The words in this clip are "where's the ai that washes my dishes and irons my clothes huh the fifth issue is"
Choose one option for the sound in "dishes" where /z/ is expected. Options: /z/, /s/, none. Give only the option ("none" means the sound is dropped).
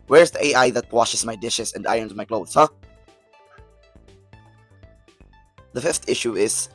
/s/